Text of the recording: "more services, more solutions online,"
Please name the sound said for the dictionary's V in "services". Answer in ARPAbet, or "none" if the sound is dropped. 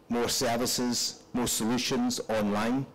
V